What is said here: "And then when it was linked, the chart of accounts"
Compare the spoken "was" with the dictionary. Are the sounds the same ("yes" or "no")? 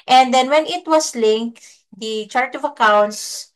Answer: no